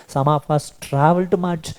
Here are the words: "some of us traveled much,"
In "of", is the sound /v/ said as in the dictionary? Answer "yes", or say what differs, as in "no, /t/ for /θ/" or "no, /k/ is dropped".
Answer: no, /p/ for /v/